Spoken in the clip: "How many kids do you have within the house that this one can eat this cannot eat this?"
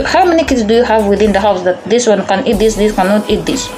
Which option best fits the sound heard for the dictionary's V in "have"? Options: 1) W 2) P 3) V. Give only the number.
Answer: 3